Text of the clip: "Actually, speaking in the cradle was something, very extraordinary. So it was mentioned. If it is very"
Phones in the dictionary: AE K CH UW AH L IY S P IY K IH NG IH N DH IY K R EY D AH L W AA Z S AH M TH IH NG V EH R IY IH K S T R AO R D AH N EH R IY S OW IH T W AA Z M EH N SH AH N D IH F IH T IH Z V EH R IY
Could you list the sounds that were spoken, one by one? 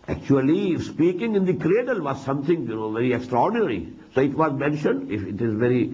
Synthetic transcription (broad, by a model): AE K CH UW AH L IY S P IY K IH NG IH N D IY K R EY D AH L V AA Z S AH M T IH NG V EH R IY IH K S T R AO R D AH N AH R IY S OW IH T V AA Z M EH N SH AH N D IH F IH T IH Z V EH R IY